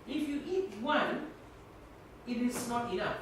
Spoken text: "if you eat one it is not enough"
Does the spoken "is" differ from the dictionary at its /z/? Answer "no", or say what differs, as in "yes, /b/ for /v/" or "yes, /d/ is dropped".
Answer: yes, /s/ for /z/